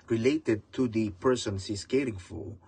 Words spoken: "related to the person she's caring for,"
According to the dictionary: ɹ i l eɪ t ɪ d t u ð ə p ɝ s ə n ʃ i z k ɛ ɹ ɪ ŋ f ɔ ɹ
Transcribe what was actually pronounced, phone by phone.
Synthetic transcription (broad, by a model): ɹ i l eɪ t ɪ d t u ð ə p ɝ s ə n s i s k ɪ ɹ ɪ ŋ f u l